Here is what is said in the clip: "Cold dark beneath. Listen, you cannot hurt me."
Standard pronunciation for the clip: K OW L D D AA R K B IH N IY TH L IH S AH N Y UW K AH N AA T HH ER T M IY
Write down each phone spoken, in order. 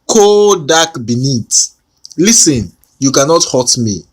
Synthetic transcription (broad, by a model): K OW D D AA K B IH N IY T L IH S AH N Y UW K AH N AA T HH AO T M IY